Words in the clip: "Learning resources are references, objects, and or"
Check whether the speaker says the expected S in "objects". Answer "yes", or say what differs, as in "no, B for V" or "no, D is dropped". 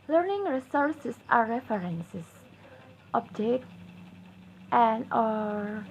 no, S is dropped